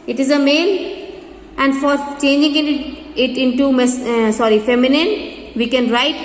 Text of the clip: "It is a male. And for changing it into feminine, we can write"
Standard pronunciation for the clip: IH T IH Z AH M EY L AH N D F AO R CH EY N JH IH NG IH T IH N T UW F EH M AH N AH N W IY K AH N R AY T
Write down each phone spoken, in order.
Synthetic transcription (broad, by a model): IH T IH Z AH M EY N AH N D F AO R CH EY N JH IH NG IH T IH N T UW F EH M AH N AH N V IY K AH N R AY T